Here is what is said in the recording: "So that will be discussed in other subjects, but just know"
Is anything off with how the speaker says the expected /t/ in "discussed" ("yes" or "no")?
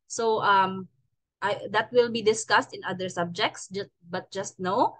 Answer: no